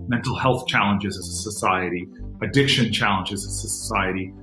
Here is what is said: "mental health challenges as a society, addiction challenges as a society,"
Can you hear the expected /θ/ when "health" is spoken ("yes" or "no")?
yes